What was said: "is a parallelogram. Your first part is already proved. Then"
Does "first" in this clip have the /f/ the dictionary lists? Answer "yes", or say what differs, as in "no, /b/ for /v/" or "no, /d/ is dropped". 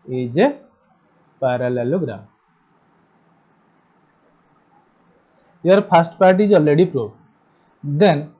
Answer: no, /p/ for /f/